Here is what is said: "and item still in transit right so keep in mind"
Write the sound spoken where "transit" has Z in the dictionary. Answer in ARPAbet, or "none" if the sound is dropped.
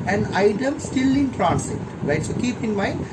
S